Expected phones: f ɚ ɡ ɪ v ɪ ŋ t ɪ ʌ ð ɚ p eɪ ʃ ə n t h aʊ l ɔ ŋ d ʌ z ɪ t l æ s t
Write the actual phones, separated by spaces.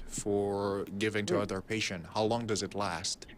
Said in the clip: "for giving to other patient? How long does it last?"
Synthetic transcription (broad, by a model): f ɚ ɡ ɪ v ɪ ŋ t ɪ ʌ ð ɚ p eɪ ʃ ə n t h aʊ l ɔ ŋ d ʌ z ɪ t l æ s t